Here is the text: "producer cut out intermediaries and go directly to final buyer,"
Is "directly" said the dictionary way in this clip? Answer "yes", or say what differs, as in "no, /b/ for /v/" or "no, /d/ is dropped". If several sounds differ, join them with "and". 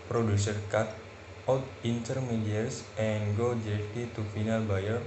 no, /k/ is dropped and /l/ is dropped